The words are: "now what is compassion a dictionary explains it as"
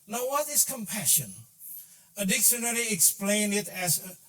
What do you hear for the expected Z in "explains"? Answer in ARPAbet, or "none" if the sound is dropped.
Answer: none